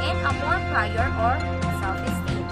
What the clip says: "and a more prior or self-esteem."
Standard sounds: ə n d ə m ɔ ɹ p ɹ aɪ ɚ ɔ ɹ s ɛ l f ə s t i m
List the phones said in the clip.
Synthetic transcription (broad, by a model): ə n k ə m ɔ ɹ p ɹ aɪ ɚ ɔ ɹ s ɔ f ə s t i